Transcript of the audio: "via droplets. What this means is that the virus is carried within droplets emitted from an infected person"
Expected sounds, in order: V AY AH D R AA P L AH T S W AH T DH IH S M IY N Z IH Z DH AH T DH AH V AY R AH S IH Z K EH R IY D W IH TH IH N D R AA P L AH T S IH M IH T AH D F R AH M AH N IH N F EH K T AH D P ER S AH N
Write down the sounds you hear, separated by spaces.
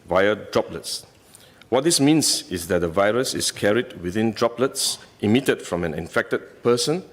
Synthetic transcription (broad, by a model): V AY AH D R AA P L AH T S W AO T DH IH S M IY N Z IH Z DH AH T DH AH V AY R AH S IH S K EH R IY D W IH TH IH N D R AA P L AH T S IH M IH T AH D F R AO M AH N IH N F EH K T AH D P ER S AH N